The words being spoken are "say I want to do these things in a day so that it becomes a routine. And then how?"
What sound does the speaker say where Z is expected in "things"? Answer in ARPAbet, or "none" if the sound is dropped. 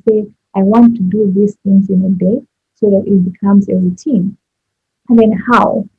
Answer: Z